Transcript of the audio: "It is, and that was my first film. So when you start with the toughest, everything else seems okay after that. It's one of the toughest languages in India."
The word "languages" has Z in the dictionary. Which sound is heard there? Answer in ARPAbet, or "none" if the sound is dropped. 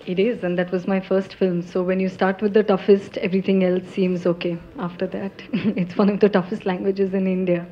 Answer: Z